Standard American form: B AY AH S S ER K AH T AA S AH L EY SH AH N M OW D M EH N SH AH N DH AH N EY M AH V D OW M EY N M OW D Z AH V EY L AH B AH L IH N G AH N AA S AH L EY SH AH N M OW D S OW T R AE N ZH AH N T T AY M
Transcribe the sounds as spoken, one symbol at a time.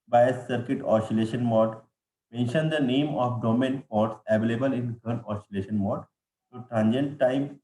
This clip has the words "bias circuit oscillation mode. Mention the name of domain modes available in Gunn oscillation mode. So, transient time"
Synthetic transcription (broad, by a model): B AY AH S S ER K AH T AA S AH L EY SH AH N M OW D M EH N SH AH N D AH N EY M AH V D OW M EY N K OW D S AH V EY L AH B AH L IH N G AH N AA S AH L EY SH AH N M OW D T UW T R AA N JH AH N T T AY M